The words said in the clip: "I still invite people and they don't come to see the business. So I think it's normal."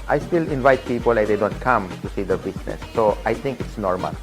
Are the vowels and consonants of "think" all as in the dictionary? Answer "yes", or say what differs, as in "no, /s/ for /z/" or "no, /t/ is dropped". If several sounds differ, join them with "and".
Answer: no, /t/ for /θ/